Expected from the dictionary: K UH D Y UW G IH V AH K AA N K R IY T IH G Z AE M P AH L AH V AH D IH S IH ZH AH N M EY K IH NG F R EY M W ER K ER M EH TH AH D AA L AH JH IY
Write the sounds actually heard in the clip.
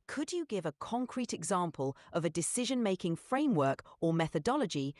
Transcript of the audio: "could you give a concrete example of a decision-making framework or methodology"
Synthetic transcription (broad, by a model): K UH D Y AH G IH V AH K AA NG K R IY T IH G Z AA M P AH L AH V AH D IH S IH ZH AH N M EY K IH NG F R EY M W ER K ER M EH TH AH D AA L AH JH IY